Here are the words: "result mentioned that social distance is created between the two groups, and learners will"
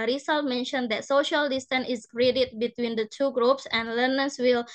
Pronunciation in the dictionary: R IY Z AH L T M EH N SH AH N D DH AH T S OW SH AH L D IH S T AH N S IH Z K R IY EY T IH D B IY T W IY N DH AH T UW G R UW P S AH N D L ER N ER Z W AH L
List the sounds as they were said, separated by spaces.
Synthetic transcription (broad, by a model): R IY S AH L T M EH N SH AH N D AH T S OW SH AH L D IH S T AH N IH S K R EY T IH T B IY T W IY N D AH T UW G R UW P S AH N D L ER N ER S W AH L